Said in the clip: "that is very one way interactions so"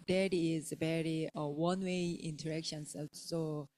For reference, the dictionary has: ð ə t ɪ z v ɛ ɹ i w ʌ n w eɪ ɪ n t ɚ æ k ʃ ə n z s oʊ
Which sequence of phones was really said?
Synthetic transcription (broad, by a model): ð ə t ɪ z b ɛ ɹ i w ʌ n w eɪ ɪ n t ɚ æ k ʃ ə n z s oʊ